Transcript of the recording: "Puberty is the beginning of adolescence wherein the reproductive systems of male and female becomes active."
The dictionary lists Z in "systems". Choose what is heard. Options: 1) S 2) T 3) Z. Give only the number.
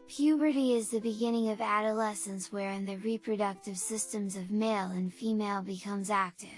3